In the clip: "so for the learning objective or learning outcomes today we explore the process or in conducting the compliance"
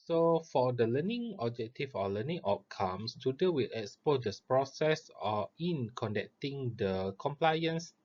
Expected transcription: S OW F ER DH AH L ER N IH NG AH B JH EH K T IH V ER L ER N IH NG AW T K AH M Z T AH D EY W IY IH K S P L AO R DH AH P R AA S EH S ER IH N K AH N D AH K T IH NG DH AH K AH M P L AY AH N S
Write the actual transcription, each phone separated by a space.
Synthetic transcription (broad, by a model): S OW F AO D AH L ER N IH NG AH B JH EH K T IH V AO L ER N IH NG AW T K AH M S T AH D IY W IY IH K S P AO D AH P R AA S EH S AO IH N K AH N D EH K T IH NG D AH K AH M P L AY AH N S